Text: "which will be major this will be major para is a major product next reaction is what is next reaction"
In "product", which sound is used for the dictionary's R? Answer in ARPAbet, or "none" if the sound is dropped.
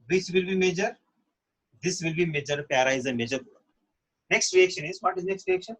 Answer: none